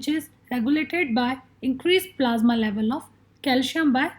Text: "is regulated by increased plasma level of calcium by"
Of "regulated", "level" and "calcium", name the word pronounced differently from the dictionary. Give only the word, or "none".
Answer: calcium